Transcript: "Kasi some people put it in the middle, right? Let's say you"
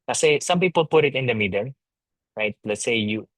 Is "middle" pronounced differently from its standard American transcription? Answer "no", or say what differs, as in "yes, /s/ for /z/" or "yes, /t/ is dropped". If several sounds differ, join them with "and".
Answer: yes, /n/ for /l/